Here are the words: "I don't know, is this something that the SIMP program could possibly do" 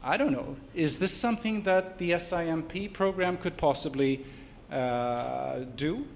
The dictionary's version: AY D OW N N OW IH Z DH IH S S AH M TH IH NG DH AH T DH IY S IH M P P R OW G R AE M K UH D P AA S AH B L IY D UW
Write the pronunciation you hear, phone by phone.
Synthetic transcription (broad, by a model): AY D OW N N OW IH Z DH IH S S AH M TH IH NG DH AH T DH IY S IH M P P R OW G R AE M K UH D P AA S AH B L IY D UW